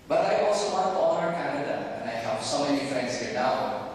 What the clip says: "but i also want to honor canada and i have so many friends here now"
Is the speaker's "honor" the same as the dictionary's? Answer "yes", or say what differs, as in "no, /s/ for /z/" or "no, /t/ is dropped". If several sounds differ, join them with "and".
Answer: no, /l/ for /n/